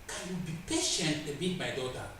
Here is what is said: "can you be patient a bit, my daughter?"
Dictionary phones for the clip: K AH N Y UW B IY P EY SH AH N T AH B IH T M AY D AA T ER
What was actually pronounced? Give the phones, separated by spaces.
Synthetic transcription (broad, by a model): K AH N Y UW B IY P EY SH AH N T AH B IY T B AY D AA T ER